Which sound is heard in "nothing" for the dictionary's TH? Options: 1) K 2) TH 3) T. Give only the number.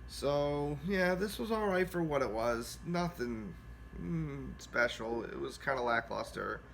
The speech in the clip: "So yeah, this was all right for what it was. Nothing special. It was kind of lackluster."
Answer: 2